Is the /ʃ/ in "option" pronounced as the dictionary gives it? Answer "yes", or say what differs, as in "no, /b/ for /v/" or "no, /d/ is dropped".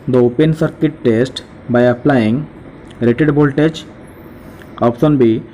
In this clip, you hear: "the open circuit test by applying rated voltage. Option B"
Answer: no, /s/ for /ʃ/